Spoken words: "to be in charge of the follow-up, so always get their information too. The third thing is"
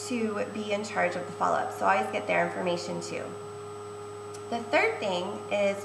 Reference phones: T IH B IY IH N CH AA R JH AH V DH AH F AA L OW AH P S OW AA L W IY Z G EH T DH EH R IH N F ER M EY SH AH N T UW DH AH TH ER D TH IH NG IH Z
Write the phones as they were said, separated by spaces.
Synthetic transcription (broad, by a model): T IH B IY IH N CH AA R JH AH V DH AH F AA L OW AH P S OW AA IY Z G EH T DH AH R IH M F ER M EY SH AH N T UW DH AH TH ER D TH IH NG IH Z